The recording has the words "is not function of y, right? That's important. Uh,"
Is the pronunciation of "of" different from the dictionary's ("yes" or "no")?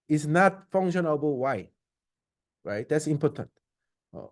yes